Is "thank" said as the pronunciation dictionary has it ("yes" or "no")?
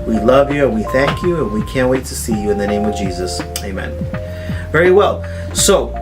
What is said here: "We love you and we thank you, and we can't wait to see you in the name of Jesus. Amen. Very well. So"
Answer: yes